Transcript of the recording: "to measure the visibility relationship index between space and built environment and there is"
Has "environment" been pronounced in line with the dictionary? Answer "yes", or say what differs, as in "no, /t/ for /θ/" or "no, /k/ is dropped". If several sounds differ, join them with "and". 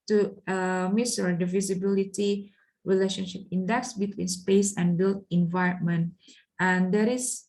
yes